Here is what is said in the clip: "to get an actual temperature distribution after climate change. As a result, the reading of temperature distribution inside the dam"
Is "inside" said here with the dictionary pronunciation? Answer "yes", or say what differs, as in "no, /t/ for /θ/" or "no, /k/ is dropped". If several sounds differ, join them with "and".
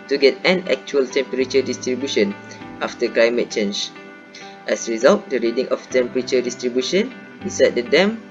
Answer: no, /n/ is dropped